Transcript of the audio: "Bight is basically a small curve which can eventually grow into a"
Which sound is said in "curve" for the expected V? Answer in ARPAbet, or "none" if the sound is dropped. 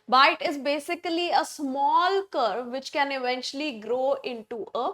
V